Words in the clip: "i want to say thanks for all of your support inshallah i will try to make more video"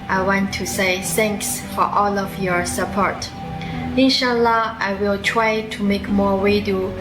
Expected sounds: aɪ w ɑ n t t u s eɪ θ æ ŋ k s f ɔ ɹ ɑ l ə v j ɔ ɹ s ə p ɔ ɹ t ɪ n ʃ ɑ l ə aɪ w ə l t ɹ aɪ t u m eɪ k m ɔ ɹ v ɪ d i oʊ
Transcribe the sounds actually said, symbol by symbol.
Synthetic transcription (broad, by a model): aɪ w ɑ n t t u s eɪ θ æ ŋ k s f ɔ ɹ ɑ l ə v j ɔ ɹ s ə p ɔ ɹ t ɪ n ʃ ɑ l ə aɪ w ə l t ɹ aɪ t u m eɪ k m ɔ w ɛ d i